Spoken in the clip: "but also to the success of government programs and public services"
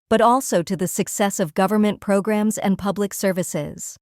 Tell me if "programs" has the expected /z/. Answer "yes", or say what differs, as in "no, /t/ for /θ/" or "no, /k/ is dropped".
yes